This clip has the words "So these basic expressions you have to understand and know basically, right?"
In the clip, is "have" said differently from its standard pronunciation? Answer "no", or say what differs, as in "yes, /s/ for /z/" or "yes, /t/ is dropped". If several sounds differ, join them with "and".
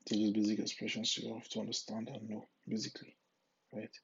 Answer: yes, /f/ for /v/